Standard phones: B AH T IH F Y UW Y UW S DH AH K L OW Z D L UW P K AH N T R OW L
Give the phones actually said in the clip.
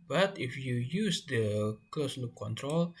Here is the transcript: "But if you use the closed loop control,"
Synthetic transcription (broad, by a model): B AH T IH F Y UW Y UW S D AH K OW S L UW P K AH N T R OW L